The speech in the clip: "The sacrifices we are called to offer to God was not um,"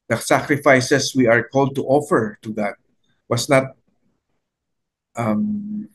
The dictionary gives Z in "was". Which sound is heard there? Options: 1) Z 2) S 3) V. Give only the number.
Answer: 2